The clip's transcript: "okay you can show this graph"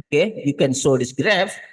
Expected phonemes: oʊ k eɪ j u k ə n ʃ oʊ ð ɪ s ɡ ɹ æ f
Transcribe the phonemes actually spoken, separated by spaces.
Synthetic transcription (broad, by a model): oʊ k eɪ j u k ə n s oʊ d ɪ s ɡ ɹ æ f